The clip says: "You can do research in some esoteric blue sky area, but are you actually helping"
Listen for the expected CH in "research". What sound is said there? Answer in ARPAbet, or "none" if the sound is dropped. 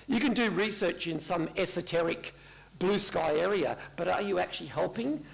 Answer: CH